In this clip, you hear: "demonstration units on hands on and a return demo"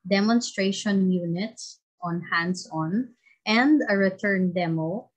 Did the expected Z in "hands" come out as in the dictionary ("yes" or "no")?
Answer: no